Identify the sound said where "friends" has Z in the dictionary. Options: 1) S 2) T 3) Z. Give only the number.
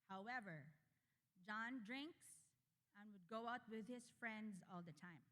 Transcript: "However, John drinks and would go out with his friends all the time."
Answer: 3